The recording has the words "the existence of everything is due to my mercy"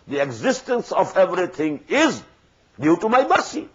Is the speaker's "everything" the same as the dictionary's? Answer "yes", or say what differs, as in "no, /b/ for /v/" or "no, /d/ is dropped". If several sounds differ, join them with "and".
no, /t/ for /θ/